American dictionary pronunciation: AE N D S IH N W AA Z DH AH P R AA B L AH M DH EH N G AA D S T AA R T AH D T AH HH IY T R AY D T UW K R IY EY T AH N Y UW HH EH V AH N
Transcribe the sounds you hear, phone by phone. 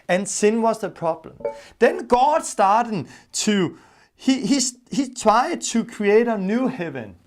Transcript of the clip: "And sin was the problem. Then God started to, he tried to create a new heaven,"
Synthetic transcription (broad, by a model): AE N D S IH N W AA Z DH AH P R AA B L AH M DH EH N G AA D S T AA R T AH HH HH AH HH IY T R AY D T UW K R IY EY T AH N Y UW HH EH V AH N